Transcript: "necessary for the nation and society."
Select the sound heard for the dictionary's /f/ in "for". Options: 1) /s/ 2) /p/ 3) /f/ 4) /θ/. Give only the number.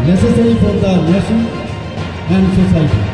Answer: 2